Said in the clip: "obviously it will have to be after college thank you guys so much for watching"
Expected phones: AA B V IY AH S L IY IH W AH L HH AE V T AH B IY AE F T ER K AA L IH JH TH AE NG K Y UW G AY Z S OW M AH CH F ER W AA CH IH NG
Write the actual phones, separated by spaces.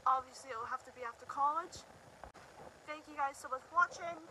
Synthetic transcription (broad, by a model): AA B V IY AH S L IY IH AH L HH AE F T AH B IY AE F T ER K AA L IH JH TH AE NG K Y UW G AY Z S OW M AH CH W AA CH IH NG